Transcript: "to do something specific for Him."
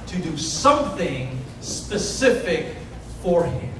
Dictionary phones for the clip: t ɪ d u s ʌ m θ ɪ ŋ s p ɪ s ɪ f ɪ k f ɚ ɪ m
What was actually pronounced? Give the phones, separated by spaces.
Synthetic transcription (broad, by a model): t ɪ d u s ʌ m θ ɪ ŋ s p ɪ s ɪ f ɪ k f ɚ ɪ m